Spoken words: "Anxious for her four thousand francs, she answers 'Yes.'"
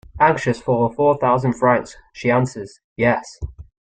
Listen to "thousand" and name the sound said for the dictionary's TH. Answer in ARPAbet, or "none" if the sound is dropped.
TH